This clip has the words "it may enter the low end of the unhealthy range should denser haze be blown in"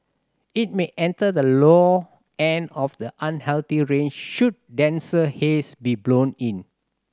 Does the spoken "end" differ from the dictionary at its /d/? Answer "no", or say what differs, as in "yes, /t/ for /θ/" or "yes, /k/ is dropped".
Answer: yes, /d/ is dropped